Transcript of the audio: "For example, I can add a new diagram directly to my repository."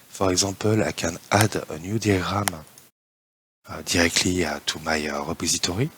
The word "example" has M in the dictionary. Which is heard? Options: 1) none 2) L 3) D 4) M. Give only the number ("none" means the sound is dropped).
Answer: 1